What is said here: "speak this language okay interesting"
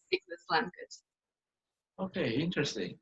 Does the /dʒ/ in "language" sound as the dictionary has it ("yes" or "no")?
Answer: no